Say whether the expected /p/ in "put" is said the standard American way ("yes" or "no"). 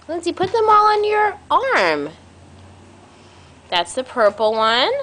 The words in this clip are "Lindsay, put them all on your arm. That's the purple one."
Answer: yes